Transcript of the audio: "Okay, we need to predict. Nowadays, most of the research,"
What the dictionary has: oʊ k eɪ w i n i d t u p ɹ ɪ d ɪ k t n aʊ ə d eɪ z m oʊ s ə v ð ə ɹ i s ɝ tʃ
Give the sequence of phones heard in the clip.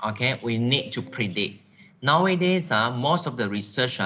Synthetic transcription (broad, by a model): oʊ k eɪ w i n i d t u p ɹ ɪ d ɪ t n aʊ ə d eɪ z m oʊ s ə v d ə ɹ i s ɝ tʃ